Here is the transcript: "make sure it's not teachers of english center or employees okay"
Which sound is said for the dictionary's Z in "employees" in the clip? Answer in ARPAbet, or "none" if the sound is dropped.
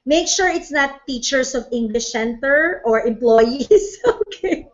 S